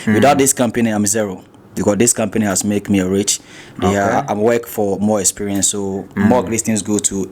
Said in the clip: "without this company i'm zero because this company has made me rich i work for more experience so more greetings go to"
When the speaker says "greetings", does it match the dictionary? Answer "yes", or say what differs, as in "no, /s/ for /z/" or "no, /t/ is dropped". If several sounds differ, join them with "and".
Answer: no, /l/ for /ɹ/